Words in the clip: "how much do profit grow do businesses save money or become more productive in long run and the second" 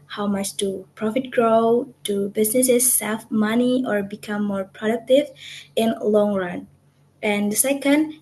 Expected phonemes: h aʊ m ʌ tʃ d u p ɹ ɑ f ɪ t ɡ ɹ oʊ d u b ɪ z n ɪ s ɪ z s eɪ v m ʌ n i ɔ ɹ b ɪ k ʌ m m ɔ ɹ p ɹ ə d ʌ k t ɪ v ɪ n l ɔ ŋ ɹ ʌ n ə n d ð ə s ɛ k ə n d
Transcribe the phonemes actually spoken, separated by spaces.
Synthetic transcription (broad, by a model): h aʊ m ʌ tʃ d u p ɹ ɑ f ɪ t ɡ ɹ oʊ d u b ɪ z n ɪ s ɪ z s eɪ f m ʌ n i ɔ ɹ b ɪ k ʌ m m ɔ ɹ p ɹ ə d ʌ k t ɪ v ɪ n l ɔ ŋ ɹ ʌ n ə n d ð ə s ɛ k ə n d